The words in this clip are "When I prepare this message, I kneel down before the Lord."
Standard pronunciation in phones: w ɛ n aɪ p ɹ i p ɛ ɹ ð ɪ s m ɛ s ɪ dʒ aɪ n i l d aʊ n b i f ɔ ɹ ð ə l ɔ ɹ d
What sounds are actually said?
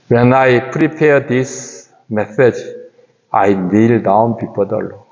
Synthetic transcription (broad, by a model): w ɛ n aɪ p ɹ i p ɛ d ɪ s m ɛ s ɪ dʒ aɪ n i l d aʊ n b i p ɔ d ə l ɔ